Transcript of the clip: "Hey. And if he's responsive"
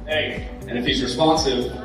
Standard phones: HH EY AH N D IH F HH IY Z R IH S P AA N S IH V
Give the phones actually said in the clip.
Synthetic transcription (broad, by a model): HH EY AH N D IH F HH IY Z R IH S P AA N S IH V